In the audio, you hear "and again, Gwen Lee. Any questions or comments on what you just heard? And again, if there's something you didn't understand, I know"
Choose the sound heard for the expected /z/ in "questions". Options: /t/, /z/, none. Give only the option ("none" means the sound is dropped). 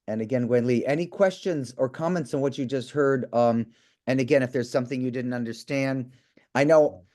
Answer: /z/